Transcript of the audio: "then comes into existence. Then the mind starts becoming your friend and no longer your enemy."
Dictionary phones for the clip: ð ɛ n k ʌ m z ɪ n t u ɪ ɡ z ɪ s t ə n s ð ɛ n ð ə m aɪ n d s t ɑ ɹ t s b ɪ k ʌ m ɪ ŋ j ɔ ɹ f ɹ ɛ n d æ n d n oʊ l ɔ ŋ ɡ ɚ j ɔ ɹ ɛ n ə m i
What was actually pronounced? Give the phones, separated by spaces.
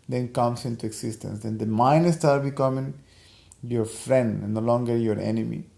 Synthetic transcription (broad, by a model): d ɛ n k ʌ m s ɪ n t u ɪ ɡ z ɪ s t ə n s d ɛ n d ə m aɪ n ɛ s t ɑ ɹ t b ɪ k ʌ m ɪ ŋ j ɔ ɹ f ɹ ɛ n n d n oʊ l ɔ ŋ ɡ ɚ j ɔ ɹ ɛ n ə m i